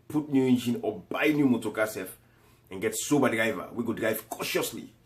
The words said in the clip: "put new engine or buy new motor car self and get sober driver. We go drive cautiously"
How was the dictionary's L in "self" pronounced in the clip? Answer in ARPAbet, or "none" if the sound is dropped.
none